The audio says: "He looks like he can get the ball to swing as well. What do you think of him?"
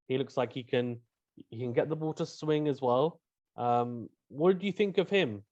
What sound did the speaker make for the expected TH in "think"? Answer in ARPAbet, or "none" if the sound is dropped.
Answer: TH